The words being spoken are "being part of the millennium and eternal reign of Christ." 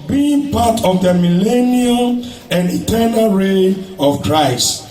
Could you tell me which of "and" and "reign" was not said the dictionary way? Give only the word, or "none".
reign